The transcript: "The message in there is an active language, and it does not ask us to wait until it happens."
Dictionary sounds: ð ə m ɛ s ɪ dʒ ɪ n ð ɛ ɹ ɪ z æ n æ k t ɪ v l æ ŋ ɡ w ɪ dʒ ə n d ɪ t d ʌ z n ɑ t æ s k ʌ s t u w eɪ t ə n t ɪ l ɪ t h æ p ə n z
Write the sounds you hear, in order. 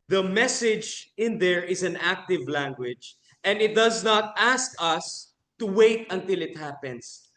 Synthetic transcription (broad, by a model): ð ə m ɛ s ɪ dʒ ɪ n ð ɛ ɹ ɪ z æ n æ k t ɪ v l æ ŋ ɡ w ɪ dʒ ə n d ɪ t d ʌ z n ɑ t æ s k ʌ s t u w eɪ t ə n t ɪ l ɪ t h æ p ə n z